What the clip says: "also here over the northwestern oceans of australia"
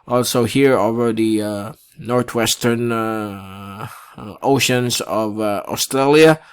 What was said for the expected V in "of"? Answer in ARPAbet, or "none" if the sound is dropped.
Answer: V